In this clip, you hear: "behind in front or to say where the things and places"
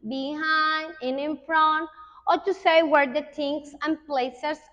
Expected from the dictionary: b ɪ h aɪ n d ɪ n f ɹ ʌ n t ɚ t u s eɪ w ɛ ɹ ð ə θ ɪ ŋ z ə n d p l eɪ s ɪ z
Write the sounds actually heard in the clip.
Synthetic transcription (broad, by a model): b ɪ h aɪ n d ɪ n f ɹ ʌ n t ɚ t u s eɪ w ɛ ɹ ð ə t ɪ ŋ s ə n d p l eɪ s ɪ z